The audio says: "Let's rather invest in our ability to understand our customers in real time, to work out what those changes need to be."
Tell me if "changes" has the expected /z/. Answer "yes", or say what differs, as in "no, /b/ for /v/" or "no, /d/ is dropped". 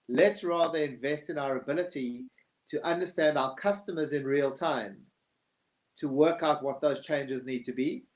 yes